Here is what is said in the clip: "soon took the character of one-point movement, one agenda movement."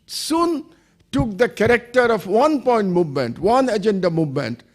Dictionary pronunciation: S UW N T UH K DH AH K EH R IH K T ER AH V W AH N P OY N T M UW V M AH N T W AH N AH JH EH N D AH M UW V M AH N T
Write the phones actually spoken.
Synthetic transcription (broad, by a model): S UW N T UH K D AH K EH R IH K T ER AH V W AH N P OY N T M UW V M AH N T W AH N AH JH EH N D AH M UW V M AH N T